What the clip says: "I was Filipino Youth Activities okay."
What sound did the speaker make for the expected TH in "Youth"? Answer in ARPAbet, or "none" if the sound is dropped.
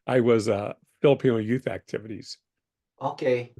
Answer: TH